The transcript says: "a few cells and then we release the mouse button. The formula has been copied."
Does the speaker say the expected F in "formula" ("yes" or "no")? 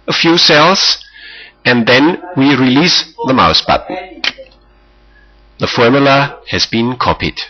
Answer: yes